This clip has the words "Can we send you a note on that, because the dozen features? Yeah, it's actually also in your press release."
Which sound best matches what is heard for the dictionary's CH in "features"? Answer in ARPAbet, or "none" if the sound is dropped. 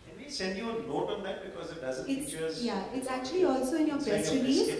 S